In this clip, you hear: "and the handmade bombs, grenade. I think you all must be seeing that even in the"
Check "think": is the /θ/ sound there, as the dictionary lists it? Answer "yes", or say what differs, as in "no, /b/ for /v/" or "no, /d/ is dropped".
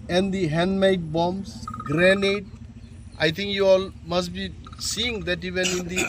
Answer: no, /t/ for /θ/